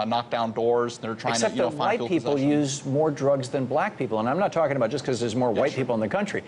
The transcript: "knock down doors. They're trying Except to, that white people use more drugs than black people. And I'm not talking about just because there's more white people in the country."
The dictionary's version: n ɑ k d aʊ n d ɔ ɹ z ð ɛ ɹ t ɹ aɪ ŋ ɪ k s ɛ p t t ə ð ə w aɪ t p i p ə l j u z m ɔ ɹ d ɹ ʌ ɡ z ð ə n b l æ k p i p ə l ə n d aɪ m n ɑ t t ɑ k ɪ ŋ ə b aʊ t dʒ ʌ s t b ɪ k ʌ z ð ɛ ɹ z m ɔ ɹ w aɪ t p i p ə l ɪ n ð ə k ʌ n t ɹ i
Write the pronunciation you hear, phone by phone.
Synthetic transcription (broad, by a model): n ɑ k d aʊ n d ɔ ɹ z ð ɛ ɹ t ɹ aɪ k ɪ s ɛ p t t ð ə aɪ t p i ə l j u z m ɔ ɹ d ɹ ʌ ɡ z ð ə n b l æ k p i p l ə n aɪ m n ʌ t t ɑ k ɪ ŋ ə b aʊ t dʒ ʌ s k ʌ z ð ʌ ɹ z m ɔ ɹ w aɪ t p i p l ɪ n ð ə k ʌ n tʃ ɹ i